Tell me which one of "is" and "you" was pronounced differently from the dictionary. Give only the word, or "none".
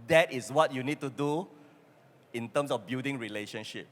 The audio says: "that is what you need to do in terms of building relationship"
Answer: is